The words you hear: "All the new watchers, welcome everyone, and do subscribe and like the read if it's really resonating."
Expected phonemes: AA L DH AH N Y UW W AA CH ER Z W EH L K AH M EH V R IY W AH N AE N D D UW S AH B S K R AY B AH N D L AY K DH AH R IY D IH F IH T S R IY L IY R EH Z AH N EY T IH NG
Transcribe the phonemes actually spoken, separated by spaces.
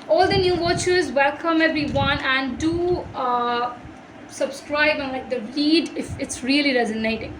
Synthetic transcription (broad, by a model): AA L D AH N Y UW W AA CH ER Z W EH L K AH M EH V R IY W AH N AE N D D UW S AH B S K R AY B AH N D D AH L IY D IH F IH T S R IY L IY R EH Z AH N EY T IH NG